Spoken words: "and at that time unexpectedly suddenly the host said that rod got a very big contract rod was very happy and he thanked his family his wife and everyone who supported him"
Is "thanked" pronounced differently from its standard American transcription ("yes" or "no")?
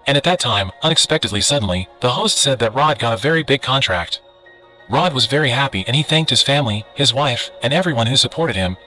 no